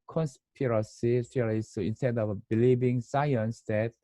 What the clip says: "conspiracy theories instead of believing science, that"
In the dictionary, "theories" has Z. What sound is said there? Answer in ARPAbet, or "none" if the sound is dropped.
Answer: S